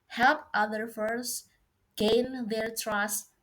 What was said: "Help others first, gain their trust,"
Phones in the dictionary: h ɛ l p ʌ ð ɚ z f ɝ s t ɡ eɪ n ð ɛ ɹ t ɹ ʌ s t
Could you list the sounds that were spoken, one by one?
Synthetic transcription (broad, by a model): h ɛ l p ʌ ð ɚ f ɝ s ɡ eɪ n ð ɛ ɹ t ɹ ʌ s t